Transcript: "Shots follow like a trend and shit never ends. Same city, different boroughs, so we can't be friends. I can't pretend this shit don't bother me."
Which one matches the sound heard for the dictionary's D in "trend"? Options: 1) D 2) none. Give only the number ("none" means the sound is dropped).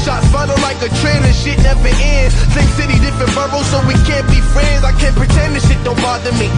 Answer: 2